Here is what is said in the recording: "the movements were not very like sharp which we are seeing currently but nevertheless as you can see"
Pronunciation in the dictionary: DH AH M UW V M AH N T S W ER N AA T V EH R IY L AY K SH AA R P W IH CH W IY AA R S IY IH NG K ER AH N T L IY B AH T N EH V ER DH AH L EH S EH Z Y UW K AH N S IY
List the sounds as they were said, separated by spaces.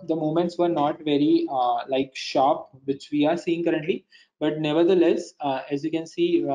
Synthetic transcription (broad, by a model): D AH M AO M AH N T S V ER N AA T V EH R IY L AY K SH AA P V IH CH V IY AA R S IY IH NG K ER AH N T L IY B AH T N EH V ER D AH L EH S EH Z Y UW K AH N S IY